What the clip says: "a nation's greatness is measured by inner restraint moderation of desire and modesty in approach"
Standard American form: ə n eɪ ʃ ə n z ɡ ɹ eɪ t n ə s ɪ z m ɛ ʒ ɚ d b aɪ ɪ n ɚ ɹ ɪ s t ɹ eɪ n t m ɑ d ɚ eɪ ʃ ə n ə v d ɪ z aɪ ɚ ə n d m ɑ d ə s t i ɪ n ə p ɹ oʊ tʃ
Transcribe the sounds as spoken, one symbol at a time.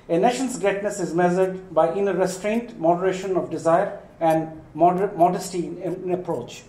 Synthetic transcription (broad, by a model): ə n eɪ ʃ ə n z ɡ eɪ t n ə s ɪ z m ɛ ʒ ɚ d b aɪ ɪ n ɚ ɹ ɪ s t ɹ eɪ n t m ɑ d ɚ eɪ ʃ ə n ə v d ɪ z aɪ ɚ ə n d m ɑ d ə s t i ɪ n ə p ɹ oʊ tʃ